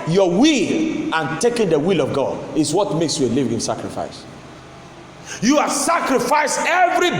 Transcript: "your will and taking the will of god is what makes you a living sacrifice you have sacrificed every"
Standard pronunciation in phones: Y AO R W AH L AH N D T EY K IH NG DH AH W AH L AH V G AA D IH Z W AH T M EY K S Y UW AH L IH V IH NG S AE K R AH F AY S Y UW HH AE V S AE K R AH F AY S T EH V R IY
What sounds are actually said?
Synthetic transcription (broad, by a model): Y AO W AH L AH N T EY K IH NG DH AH W AH L AH V G AA D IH S W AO T M EY K S Y UW AH L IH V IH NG S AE K R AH F AY S Y UW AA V S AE K R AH F AY S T EH V R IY